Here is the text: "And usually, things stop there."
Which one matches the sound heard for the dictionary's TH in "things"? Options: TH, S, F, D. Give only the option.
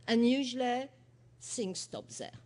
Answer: S